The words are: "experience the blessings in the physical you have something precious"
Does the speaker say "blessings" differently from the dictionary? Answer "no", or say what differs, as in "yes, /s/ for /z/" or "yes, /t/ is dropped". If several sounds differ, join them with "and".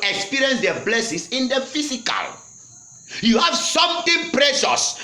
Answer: yes, /s/ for /z/